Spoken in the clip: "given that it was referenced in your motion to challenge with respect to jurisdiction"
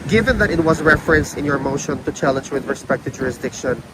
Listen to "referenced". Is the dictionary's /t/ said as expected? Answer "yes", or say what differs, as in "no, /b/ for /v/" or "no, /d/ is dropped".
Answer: no, /t/ is dropped